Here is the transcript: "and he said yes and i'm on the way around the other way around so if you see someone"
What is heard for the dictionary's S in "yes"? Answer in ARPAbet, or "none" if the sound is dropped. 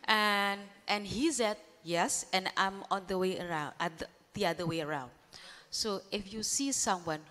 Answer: S